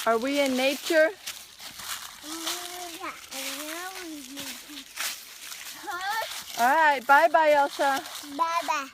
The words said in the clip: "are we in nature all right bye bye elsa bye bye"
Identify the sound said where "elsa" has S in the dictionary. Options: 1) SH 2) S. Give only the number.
1